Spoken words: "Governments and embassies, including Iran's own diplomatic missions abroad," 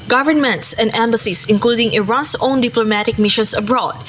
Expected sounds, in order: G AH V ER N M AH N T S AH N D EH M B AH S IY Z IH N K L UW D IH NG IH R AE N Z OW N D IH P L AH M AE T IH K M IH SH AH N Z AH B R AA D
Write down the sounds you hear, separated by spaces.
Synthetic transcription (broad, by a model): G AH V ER N M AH N T S AH N D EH M B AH S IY S IH N K L UW D IH NG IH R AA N S OW N D IH P L AH M AE T IH K M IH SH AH N S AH B R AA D